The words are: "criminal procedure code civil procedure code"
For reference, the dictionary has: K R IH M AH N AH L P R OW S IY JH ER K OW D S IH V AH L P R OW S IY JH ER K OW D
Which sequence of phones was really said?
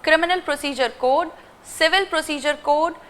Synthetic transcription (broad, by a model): K R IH M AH N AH L P R OW S IY JH ER K OW D S IH V AH L P R OW S IY JH ER K OW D